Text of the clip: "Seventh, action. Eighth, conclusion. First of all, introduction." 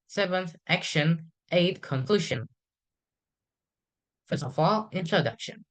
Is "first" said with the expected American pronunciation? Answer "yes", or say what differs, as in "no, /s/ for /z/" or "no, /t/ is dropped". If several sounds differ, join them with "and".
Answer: no, /t/ is dropped